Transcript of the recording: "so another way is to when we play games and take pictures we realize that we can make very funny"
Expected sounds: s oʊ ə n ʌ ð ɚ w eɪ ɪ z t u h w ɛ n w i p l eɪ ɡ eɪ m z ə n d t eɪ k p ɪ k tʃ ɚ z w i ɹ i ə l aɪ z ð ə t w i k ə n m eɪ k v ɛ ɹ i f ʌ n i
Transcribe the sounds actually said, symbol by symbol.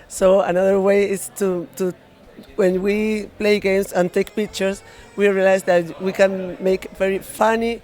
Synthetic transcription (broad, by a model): s oʊ ə n ʌ ð ɚ w eɪ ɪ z t u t w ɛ n w i p l eɪ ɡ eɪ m s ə n t eɪ k p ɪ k tʃ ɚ s w i ɹ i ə l aɪ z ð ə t w i k ə n m eɪ k v ɛ ɹ i f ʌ n i